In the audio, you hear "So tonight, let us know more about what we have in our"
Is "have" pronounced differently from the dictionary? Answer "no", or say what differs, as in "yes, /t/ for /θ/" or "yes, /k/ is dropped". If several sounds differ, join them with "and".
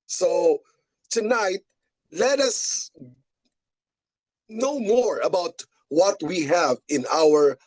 no